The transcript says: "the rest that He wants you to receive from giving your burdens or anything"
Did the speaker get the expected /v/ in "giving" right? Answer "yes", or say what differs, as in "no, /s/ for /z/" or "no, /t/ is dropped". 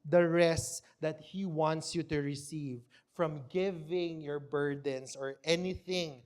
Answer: yes